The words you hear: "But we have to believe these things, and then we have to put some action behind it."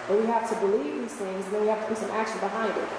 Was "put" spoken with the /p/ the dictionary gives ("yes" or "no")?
no